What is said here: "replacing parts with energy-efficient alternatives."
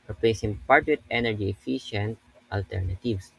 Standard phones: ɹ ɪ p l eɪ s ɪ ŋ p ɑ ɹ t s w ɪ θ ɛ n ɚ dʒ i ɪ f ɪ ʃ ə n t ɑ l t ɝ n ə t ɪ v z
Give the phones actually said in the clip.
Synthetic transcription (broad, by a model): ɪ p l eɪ s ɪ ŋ p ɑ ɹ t w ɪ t ɛ n ɚ dʒ i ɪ f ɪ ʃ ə n t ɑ l t ɝ n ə t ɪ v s